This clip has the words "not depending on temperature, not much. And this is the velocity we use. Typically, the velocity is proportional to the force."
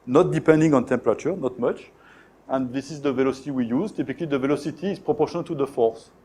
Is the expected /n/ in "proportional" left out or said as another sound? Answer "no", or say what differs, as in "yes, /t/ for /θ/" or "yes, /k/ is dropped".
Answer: yes, /n/ is dropped